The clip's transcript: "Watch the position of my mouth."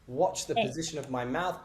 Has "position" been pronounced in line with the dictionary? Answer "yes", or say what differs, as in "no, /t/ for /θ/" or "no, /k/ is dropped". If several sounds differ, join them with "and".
yes